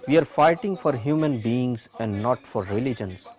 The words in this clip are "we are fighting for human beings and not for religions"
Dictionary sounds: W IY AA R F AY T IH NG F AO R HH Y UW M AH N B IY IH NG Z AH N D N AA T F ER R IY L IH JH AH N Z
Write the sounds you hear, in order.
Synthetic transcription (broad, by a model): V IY AA R F AY T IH NG F AO R HH Y UW M AH N B IY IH NG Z AH N D N AA T F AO R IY L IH JH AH N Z